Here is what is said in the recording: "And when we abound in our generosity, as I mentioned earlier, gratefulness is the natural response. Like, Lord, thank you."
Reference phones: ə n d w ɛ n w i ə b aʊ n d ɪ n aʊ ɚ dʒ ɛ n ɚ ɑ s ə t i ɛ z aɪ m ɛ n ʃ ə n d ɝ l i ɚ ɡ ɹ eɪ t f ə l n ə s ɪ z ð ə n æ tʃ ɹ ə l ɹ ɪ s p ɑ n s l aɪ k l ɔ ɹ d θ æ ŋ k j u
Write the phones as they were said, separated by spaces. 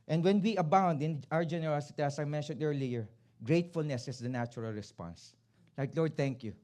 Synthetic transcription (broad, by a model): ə n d w ɛ n w i ə b aʊ n d ɪ n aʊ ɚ dʒ ɛ n ɚ ɑ s ə t i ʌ s aɪ m ɛ n ʃ ə n d ɝ l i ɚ ɡ ɹ eɪ t f ə l n ə s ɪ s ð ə n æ tʃ ɹ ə l ɹ ɪ s p ɑ n s l aɪ k l ɔ ɹ d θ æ ŋ k j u